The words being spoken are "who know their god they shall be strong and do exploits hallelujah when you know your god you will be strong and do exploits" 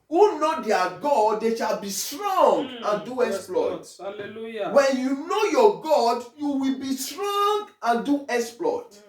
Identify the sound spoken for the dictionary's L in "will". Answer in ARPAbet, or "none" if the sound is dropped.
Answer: L